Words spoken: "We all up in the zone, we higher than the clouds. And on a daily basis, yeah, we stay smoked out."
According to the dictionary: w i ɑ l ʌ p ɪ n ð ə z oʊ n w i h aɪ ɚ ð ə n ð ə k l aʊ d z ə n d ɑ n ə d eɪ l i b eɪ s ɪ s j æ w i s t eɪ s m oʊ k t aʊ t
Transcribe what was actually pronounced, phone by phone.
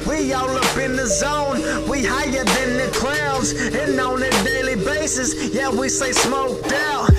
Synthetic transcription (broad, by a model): w i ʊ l ʌ p ɪ n ð ə z oʊ n w i h aɪ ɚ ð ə n ð ə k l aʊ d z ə n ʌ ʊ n ə d eɪ l i b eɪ s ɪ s j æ w i s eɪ s m oʊ k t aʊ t